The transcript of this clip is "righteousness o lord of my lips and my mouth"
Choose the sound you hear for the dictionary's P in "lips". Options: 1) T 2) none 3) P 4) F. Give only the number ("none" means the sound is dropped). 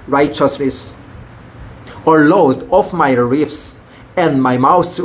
4